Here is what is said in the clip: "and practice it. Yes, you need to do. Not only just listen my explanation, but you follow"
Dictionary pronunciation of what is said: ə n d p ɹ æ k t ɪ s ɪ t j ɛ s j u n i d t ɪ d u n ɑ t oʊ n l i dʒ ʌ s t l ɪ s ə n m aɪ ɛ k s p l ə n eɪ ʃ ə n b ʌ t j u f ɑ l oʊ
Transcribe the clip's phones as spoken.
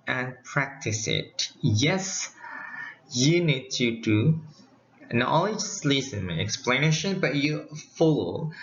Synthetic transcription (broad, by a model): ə n p ɹ æ k t ɪ s ɪ t j ɛ s j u n i d t ɪ d u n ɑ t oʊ l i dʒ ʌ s l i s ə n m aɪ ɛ k s p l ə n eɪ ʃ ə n b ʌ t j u f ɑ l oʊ